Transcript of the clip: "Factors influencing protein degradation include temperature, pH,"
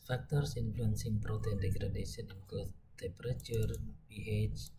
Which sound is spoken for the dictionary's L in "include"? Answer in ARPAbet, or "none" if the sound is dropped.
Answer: none